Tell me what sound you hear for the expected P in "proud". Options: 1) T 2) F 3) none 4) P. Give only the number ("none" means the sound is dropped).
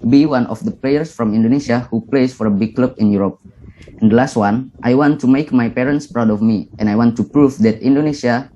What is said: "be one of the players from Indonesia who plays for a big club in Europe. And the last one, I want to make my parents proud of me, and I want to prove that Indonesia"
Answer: 4